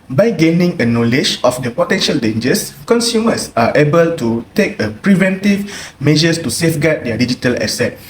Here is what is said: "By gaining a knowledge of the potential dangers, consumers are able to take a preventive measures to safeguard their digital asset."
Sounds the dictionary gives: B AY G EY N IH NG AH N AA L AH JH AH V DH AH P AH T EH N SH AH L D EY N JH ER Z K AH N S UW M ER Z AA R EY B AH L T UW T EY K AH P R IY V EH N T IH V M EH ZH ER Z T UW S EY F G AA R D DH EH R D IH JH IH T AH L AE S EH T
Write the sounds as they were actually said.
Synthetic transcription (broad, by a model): B AY G EY N IH NG AH N AA L AH JH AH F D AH P AH T EH N SH AH L D EY N JH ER S K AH N S UW M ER S AA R EY B AH L T UW T EY K AH P R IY V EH N T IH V M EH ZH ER S T UW S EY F G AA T D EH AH D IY JH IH T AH L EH S EH T